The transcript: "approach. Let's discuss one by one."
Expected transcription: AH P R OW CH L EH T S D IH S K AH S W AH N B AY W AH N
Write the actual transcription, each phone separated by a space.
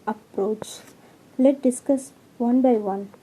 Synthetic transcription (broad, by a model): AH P R OW CH L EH T D IH S K AH S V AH N B AY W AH N